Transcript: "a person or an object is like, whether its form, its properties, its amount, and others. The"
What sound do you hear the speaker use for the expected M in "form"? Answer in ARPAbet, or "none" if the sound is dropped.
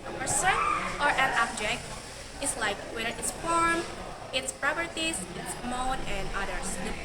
M